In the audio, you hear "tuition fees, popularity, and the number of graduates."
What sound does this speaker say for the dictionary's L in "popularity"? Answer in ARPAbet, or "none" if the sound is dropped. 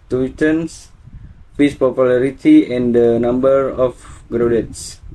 L